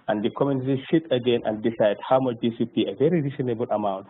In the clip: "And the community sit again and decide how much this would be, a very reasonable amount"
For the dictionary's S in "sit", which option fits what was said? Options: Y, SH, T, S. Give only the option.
SH